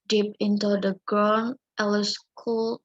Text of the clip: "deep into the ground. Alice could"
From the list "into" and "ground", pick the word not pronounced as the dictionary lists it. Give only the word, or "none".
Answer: ground